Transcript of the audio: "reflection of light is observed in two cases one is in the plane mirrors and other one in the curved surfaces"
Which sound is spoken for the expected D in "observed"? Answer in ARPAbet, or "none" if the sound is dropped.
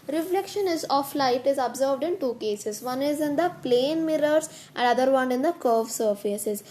D